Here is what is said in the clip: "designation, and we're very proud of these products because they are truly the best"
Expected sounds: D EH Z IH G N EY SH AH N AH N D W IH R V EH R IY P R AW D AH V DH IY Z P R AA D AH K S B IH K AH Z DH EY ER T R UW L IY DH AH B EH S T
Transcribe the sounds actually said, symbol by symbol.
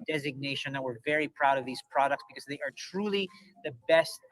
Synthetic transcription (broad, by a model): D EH Z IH G N EY SH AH N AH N W IH R V EH R IY P R AW D AH V DH IY Z P R AA D AH K S B IH K AH Z DH EY ER T R UW L IY DH AH B EH S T